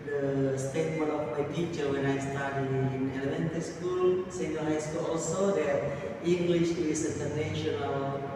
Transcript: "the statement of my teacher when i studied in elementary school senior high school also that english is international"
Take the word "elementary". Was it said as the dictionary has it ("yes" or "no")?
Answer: no